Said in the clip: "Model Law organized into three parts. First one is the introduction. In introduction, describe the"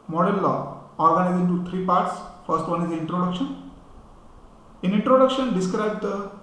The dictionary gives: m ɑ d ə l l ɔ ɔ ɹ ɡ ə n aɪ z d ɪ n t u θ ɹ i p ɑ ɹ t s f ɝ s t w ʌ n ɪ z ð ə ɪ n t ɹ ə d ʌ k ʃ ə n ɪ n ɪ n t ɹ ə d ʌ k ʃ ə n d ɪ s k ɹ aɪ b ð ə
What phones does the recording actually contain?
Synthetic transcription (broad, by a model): m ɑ d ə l l ɔ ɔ ɹ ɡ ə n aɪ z ɪ n t u t ɹ i p ɑ ɹ t s f ɝ s t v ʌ n ɪ z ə ɪ n t ɹ ə d ʌ k ʃ ə n ɪ n ɪ n t ɹ ə d ʌ k ʃ ə n d ɪ s k ɹ aɪ b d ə